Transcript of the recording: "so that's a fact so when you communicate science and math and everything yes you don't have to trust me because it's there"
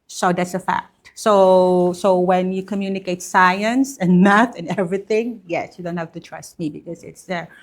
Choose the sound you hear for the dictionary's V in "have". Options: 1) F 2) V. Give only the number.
1